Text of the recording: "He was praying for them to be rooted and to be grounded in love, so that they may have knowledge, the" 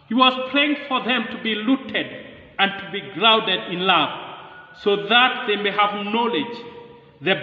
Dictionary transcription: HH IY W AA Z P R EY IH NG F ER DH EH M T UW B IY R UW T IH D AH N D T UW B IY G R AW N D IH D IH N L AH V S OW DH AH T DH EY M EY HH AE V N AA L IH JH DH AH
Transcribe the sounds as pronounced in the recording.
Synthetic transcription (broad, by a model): HH IY W AA Z P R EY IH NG F ER DH EH M T UW B IY L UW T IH D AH N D T UW B IY G R AW N D IH D IH N L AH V S OW DH AH T DH EY M EY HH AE V N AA L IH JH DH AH